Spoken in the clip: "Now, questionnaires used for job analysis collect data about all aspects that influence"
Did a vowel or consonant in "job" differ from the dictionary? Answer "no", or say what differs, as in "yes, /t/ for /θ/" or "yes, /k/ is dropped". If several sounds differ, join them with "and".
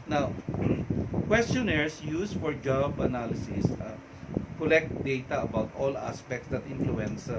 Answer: no